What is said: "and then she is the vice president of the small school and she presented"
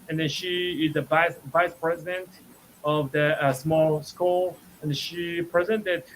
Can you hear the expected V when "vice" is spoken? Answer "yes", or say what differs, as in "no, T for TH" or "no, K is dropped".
yes